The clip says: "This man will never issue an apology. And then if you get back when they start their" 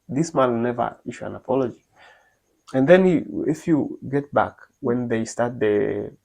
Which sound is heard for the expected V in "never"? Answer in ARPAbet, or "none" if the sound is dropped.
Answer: V